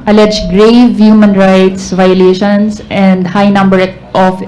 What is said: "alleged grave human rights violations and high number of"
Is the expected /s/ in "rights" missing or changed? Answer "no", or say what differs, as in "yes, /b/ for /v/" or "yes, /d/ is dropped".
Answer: no